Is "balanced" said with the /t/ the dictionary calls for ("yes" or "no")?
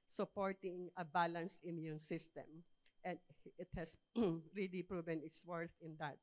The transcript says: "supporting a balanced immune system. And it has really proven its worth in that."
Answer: no